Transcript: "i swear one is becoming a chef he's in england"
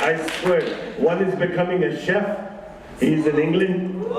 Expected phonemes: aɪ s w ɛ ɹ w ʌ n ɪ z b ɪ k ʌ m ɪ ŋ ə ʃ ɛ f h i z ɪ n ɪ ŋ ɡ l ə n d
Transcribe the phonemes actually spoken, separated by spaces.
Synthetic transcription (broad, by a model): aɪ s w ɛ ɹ w ʌ n ɪ z b ɪ k ʌ m ɪ ŋ ə ʃ ɛ f h i z ɪ n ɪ ŋ ɡ l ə n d